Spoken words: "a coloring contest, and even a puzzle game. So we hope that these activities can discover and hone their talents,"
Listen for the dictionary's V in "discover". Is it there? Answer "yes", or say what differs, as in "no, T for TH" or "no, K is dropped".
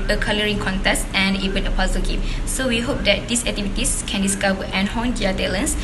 no, W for V